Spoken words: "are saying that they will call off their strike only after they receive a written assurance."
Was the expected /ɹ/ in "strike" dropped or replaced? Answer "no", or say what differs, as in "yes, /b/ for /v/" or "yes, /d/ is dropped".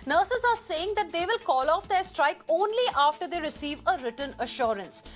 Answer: no